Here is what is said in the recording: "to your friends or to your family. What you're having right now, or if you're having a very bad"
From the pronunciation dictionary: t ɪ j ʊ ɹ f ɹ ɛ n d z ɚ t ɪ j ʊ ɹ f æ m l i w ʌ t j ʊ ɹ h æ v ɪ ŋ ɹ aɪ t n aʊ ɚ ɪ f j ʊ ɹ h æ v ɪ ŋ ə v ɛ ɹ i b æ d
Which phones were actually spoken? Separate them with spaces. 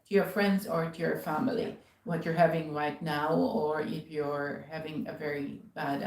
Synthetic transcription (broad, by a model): t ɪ j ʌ ɹ f ɹ ɛ n d z ɚ t ɪ j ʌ ɹ f æ m l i w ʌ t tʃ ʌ ɹ h æ v ɪ ŋ ɹ aɪ t n aʊ ɚ ɪ f j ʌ ɹ h æ v ɪ ŋ ə v ɛ ɹ i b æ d